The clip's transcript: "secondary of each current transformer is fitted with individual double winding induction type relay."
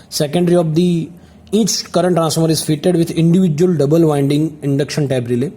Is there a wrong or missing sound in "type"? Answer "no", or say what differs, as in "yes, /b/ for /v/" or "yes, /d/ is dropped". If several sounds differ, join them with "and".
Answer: yes, /b/ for /p/